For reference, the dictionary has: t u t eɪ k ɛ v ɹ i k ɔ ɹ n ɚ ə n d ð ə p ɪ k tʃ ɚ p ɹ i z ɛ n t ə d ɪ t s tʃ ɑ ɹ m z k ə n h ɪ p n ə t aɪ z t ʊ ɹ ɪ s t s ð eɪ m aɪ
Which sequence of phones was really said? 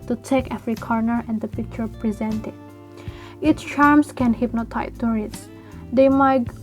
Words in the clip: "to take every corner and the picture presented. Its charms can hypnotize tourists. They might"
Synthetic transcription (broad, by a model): t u t eɪ k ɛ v ɹ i k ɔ ɹ n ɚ ə n d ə p ɪ k tʃ ɚ p ɹ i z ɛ n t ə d ɪ t s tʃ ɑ ɹ m s k ə n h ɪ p n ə t aɪ t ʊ ɹ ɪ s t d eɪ m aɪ